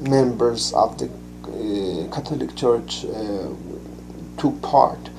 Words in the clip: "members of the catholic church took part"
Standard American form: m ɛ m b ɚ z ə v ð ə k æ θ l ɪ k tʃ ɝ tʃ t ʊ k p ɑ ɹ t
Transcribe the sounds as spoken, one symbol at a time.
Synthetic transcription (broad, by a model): m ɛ m b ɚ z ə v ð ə k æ t l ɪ k tʃ ɝ tʃ t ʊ k p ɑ ɹ t